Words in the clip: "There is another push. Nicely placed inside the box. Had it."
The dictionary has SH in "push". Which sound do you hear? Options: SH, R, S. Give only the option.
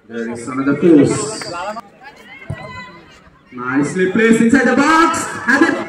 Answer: S